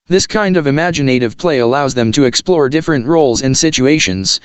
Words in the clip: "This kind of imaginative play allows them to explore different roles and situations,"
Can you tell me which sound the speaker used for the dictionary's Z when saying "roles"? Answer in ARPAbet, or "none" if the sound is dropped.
Z